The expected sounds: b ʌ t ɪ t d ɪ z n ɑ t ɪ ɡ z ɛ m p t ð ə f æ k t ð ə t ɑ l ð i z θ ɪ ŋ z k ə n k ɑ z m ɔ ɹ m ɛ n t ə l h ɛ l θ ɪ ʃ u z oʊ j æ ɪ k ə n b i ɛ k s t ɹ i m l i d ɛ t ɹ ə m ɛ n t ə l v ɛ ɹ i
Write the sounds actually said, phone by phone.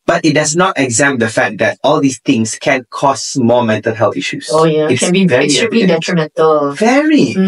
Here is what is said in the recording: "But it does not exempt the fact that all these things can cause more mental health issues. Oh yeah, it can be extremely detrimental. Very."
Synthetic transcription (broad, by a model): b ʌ t ɪ t d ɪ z n ɑ t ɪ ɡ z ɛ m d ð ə f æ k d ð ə t ɑ l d i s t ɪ ŋ s k ə n k ɑ s m ɔ m ɛ n t ə l h ɛ l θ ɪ ʃ u s oʊ j ɪ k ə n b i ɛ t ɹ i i d ɛ t ɹ ə m ɛ n t ə l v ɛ ɹ i